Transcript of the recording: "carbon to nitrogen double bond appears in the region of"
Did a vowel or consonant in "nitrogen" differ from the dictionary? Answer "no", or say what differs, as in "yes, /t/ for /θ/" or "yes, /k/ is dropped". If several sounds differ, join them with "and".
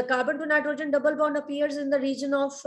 no